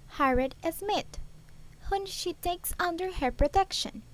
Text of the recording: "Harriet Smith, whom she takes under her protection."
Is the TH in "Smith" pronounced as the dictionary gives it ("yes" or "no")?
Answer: no